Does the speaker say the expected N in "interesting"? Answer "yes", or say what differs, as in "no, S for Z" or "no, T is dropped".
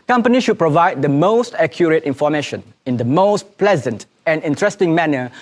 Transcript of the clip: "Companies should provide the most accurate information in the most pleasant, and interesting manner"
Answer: yes